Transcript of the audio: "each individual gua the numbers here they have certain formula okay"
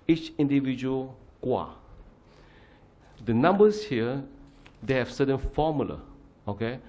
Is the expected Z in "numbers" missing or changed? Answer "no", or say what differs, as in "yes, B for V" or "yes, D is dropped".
yes, S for Z